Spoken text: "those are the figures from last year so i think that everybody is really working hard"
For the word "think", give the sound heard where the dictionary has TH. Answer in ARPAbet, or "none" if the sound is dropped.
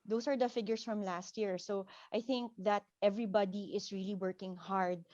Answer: TH